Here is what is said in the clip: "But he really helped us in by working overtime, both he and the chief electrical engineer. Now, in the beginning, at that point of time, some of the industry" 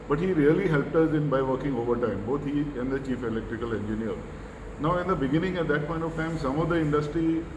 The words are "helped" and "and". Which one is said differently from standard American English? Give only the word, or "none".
none